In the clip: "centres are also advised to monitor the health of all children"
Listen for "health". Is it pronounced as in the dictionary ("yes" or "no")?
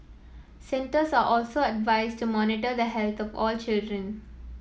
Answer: no